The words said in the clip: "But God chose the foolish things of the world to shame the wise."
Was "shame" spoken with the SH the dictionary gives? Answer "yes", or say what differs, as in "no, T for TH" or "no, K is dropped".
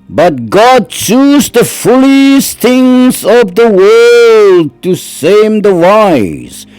no, S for SH